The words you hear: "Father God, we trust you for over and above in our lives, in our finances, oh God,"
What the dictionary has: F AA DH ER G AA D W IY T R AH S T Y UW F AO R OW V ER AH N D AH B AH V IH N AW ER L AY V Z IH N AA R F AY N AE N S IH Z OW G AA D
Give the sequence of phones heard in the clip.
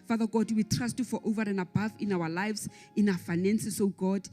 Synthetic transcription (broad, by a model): F AA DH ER G AA D W IY T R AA S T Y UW F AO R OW V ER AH N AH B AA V IH N AW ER L AY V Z IH N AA F AY N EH N S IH S OW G AA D